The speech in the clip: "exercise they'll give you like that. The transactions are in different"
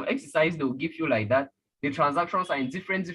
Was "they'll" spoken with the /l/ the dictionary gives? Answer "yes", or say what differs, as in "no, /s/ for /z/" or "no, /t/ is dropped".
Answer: no, /w/ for /l/